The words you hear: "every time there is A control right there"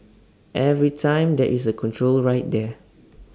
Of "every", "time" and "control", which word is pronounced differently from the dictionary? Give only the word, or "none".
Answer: none